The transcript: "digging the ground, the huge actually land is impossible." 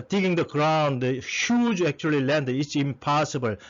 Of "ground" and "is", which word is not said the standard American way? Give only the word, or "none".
is